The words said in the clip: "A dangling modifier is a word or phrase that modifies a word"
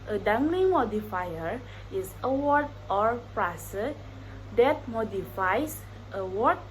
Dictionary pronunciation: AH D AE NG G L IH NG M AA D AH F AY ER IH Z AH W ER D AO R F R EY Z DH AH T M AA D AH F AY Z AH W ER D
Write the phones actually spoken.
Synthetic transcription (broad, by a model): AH D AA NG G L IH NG M AA D AH F AY ER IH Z AH W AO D AO R P R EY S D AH T M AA D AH F AY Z AH W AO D